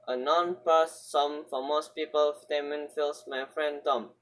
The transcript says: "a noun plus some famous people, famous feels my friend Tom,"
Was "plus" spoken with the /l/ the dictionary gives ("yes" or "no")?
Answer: no